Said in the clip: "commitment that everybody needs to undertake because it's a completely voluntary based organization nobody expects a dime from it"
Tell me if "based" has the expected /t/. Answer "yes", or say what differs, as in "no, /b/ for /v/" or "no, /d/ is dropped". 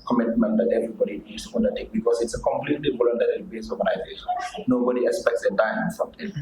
no, /t/ is dropped